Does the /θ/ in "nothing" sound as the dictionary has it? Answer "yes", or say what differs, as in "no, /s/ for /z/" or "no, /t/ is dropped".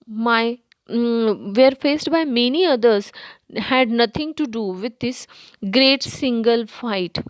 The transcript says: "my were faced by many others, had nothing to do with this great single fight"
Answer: no, /t/ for /θ/